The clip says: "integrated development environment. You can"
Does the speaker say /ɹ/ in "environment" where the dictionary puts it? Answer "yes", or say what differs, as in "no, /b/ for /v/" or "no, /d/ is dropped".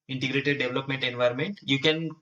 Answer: yes